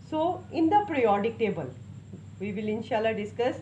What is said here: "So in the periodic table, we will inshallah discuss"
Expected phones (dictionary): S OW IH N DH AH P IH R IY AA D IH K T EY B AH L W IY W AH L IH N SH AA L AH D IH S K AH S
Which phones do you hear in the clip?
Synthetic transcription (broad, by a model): S OW IH N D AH P R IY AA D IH K T EY B AH L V IY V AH L IH N SH AA L AH D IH S K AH S